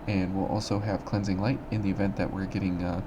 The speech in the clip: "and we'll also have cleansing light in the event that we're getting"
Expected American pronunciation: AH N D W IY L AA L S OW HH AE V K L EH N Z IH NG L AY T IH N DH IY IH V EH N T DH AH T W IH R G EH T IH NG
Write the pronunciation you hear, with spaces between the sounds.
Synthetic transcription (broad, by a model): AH N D W IY L AA L S OW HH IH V K L EH N Z IH NG L AY T IH N DH IY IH V EH N DH AH T W IH R G EH T IH NG